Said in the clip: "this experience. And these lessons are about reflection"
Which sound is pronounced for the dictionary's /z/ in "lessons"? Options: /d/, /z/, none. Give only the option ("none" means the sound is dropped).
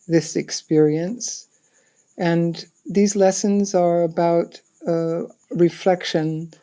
/z/